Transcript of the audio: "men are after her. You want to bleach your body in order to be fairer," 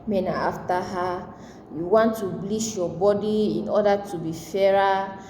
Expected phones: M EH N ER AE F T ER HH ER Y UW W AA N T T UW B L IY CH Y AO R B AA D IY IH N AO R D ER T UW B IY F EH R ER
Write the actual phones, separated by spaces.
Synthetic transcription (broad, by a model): M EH N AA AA F T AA HH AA Y UW W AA N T T UW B L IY SH Y AO B AA D IY IH N AO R D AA T UW B IY F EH R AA